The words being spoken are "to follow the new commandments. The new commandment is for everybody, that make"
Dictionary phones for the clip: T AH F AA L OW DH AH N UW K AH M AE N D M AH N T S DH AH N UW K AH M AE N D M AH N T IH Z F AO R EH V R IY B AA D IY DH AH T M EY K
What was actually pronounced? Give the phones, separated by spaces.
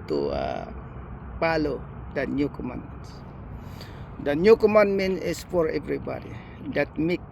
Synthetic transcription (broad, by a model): T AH P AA L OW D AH N UW K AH M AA N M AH N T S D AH N UW K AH M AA N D M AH N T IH S F AO R EH V R IY B AA D IY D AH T M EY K